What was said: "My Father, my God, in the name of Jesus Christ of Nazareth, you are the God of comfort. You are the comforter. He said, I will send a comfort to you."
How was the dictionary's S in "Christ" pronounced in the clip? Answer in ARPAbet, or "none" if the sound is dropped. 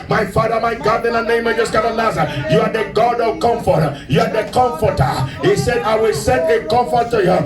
none